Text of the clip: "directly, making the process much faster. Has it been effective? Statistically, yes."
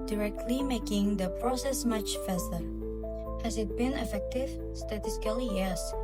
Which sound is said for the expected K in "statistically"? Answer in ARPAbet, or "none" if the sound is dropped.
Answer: none